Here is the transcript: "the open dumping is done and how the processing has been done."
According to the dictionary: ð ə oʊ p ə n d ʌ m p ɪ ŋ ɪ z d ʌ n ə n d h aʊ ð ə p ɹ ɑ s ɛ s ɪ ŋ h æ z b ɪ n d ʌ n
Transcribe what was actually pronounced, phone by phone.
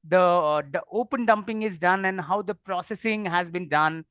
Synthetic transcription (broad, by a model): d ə oʊ p ə n d ʌ m p ɪ ŋ ɪ z d ʌ n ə n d h aʊ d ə p ɹ ɑ s ɛ s ɪ ŋ h æ z b ɪ n d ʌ n